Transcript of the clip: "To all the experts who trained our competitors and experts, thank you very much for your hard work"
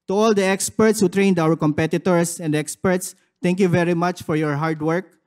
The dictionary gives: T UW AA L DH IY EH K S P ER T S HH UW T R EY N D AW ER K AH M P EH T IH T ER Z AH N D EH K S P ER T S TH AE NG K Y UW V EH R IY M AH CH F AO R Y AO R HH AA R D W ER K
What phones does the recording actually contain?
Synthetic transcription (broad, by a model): T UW AA L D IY EH K S P ER T S HH UW T R EY N D AW ER K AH M P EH T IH T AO S AH N D EH K S P ER T S T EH NG K Y UW V EH R IY M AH CH F AO R Y AO R HH AA R D W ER K